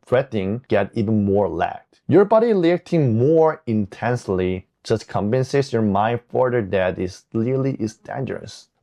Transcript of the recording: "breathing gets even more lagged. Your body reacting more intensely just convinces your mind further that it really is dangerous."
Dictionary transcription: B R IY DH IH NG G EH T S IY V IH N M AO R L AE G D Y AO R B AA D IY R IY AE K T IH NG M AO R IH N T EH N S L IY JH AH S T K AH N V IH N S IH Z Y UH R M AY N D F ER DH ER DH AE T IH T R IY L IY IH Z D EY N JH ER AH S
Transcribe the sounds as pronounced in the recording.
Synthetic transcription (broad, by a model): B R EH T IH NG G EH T IY V IH N M AO R L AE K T Y AO R B AA D IY L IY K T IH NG M AO R IH N T EH N S L IY JH AH S T K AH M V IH N S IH S Y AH R M AY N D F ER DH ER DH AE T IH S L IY L IY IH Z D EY N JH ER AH S